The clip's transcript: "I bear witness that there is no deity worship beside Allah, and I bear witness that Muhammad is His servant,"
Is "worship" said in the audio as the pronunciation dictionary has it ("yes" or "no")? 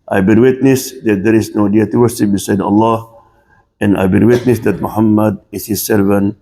no